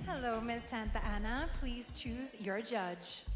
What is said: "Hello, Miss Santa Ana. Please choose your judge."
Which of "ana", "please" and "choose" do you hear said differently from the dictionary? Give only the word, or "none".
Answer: none